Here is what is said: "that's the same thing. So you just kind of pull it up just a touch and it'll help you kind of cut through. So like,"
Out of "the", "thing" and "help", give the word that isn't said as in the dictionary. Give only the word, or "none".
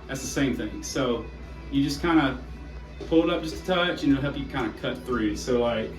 none